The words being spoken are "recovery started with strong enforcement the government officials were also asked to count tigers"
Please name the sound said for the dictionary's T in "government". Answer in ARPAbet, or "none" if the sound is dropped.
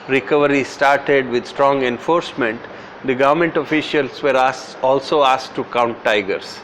T